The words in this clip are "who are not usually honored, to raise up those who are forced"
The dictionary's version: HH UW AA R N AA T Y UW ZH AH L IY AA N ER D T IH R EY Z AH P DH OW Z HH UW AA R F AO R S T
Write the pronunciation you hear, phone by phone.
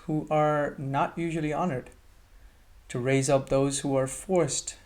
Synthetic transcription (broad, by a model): HH UW AA R N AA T Y UW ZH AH L IY AA N ER D T IH R EY Z AH P DH OW Z HH UW AA R F AO R S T